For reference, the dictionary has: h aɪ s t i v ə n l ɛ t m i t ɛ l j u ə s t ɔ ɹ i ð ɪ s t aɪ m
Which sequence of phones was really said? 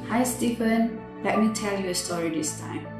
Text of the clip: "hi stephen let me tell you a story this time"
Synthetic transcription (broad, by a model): h aɪ s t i p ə n l ɛ t m i t ɛ l j u ə s t ɔ ɹ i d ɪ s t aɪ m